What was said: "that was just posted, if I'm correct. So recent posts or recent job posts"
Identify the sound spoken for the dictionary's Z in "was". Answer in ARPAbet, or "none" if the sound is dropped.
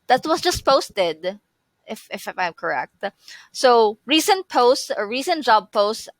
S